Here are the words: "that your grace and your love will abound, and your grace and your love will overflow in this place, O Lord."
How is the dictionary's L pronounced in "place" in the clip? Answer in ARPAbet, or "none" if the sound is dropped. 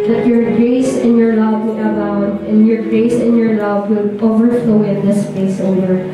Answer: none